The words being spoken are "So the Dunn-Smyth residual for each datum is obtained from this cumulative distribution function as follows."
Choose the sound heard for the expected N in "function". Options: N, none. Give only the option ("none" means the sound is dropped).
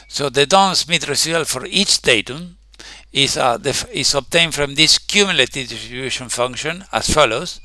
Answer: N